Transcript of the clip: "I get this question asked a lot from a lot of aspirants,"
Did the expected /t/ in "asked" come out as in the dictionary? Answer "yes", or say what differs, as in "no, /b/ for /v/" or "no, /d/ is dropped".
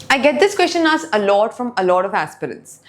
no, /t/ is dropped